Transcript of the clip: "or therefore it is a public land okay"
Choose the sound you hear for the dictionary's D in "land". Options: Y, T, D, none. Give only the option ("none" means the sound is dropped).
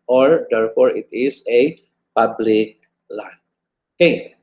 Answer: none